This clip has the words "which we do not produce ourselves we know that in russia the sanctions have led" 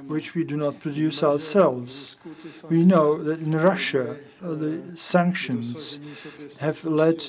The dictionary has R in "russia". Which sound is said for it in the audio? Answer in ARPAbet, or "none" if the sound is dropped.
R